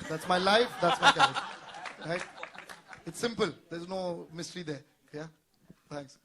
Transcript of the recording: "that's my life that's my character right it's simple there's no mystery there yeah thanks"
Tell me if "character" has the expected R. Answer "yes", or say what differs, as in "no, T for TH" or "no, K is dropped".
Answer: no, R is dropped